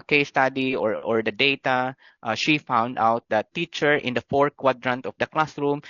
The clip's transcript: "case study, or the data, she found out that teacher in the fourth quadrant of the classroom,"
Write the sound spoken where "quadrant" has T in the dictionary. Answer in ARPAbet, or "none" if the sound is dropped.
T